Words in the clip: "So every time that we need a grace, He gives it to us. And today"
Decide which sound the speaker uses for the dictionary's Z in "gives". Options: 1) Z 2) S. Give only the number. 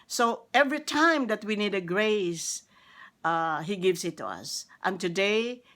2